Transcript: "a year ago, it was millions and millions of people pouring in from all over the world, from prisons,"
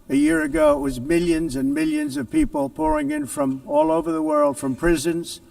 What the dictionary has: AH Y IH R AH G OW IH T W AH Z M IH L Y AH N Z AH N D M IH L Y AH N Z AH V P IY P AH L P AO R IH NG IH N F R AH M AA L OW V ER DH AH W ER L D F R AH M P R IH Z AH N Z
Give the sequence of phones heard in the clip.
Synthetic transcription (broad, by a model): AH Y IH R AH G OW IH T W AH Z M IH L Y AH N Z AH N M IH L Y AH N Z AH V P IY P AH L P AO R IH NG IH N F R AH M AA L OW V ER DH AH W ER L D F R AH M P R IH Z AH N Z